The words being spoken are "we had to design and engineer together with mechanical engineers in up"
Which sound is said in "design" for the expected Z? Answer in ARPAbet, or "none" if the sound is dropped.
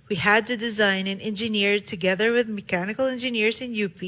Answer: Z